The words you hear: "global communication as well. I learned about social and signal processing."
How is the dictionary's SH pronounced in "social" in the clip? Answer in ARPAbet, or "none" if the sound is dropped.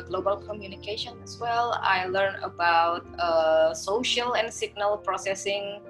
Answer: SH